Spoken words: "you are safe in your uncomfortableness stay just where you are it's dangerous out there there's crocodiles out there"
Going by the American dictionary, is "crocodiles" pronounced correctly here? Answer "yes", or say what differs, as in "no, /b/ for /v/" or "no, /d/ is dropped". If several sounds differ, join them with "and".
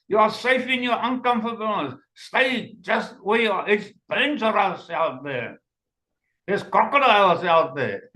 no, /ɹ/ is dropped